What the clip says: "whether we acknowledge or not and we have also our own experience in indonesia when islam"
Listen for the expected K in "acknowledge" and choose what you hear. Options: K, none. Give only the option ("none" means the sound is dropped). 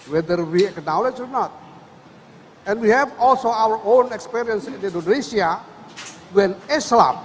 K